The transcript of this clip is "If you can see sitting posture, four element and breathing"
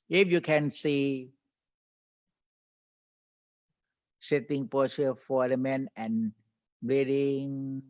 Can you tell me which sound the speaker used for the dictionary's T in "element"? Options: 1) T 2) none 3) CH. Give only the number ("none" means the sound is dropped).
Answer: 2